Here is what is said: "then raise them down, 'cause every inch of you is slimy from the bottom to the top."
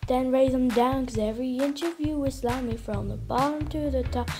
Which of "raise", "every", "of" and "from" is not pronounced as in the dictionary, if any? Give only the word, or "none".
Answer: none